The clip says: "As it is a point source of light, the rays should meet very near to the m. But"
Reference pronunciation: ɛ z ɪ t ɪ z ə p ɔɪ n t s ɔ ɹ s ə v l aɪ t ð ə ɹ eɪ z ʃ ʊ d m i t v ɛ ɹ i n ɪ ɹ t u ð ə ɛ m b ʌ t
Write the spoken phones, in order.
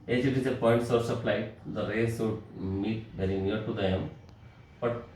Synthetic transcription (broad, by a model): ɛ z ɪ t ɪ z ə p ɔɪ n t s ɔ ɹ s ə p l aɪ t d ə ɹ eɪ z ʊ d m i t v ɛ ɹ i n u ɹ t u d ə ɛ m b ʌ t